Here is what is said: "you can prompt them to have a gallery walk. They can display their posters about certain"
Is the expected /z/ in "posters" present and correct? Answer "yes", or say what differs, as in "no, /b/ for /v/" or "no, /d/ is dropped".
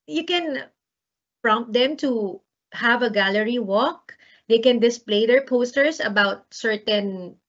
no, /s/ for /z/